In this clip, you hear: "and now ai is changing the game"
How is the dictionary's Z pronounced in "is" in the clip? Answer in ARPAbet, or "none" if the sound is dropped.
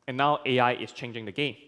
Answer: S